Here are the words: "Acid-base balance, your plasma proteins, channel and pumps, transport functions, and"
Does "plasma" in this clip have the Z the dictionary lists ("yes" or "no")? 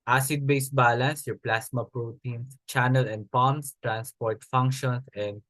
no